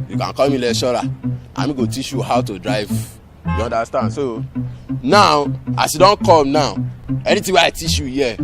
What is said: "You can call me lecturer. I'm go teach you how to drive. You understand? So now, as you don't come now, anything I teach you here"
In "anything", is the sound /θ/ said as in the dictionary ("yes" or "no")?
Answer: no